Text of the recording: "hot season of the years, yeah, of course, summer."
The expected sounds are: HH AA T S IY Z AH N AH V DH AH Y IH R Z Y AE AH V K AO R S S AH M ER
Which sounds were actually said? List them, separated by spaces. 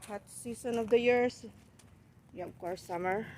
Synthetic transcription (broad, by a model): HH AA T S IY S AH N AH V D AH Y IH R S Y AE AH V K AO R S S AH M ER